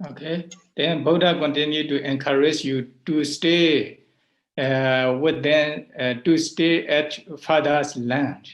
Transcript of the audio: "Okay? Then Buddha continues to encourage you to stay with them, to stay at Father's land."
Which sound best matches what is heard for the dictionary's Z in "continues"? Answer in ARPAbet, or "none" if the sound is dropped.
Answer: none